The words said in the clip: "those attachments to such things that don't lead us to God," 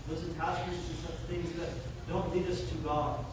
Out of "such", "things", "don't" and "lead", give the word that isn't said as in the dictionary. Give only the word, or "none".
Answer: none